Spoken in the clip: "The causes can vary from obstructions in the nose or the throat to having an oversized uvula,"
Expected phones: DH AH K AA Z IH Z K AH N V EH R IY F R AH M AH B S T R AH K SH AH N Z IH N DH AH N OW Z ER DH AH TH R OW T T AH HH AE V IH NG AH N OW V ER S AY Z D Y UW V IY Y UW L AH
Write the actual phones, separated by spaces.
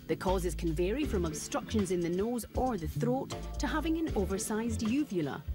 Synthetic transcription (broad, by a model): DH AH K AA Z IH Z K AH N V EH R IY F R AH M AH B S T R AH K SH AH N Z IH N DH AH N OW Z ER DH AH TH R OW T T AH HH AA V IH NG AH N OW V ER S AY Z D Y UW V Y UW L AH